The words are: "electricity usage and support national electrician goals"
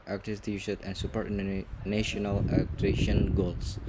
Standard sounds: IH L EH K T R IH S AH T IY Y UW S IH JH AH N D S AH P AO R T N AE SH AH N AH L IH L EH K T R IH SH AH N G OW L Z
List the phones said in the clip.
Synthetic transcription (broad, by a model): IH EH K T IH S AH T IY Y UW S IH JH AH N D S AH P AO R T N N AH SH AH N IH L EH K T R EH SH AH N G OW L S